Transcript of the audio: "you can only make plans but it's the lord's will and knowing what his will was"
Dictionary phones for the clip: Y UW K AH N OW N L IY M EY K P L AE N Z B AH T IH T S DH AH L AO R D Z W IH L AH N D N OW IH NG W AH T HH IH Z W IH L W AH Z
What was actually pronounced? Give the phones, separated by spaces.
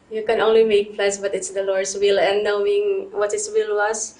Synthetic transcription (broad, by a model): Y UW K AH N OW N L IY M EY K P L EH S B AH T IH T S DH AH L AO R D S W IH L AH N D N OW IH NG W AH T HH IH S W IH L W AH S